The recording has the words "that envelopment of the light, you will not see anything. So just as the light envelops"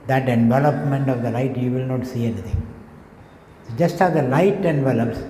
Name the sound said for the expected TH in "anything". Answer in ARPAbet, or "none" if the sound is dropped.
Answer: T